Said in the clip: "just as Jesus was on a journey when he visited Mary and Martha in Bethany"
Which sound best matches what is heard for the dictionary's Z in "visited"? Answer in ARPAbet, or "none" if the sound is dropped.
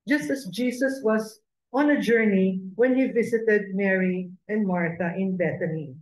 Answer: S